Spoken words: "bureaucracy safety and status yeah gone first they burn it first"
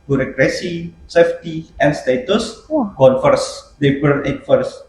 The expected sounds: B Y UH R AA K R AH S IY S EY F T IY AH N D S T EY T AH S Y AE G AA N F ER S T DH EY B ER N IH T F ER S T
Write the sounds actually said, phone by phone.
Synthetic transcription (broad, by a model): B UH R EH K R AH S IY S EY F T IY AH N S T EY T AH S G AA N F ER S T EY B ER L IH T F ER S